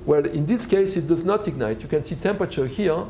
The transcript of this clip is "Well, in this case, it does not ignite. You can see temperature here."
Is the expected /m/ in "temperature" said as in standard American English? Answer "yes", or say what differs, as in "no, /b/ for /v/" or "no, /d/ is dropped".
yes